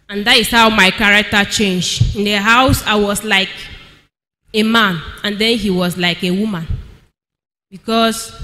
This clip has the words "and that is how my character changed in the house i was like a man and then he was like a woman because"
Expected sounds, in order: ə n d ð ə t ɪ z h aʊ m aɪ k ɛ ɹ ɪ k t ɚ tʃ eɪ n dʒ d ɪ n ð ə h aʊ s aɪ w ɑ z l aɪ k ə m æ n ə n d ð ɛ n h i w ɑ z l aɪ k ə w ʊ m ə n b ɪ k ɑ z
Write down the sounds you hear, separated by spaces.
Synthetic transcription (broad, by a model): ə n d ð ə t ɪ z h aʊ m aɪ k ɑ ɹ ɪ k t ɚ tʃ eɪ n dʒ ɪ n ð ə h aʊ s aɪ w ɑ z l aɪ k ə m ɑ n ə n d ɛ n h i w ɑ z l aɪ k ə w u m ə n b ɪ k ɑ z